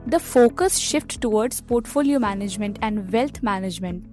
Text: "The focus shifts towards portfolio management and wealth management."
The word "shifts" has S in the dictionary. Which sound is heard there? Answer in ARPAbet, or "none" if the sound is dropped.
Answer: none